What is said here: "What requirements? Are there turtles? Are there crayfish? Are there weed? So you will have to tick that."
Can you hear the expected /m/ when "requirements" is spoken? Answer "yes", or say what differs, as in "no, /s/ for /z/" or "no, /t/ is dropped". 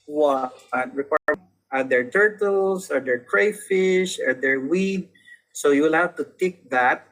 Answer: no, /m/ is dropped